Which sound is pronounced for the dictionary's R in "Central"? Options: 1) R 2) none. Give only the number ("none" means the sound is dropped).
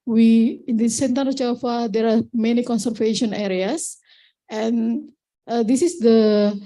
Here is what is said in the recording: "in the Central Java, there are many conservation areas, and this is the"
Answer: 2